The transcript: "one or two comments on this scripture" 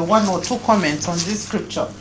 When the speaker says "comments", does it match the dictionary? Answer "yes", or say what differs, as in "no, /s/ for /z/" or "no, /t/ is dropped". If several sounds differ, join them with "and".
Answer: yes